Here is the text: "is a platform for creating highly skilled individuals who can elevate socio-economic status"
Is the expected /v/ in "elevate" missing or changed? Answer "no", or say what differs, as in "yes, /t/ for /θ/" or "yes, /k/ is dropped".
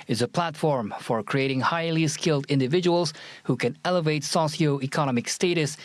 no